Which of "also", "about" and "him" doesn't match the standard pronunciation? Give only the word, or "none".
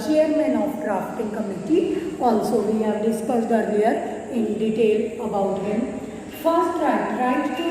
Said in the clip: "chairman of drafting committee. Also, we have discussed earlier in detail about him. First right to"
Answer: also